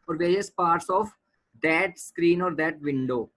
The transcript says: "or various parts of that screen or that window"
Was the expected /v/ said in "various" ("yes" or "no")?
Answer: yes